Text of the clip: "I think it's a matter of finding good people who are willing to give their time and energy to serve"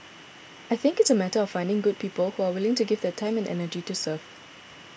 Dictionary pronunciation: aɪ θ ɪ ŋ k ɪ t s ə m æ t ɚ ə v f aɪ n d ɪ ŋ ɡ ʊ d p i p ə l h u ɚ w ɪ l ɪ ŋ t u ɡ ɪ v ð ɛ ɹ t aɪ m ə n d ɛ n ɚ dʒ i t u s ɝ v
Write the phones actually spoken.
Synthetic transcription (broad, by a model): aɪ θ ɪ ŋ k ɪ t s ə m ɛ t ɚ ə f aɪ n d ɪ ŋ ɡ ʊ d p i p ə l h u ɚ w ɪ l ɪ ŋ t u ɡ ɪ v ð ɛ t aɪ m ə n ɛ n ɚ dʒ i t u s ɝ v